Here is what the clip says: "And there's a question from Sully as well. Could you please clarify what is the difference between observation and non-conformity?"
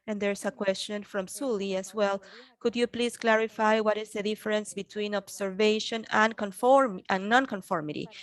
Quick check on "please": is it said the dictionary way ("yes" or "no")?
no